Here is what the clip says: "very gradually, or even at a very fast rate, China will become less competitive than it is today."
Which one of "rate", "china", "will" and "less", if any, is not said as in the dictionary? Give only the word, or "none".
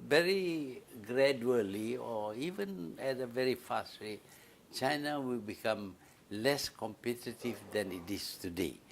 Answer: rate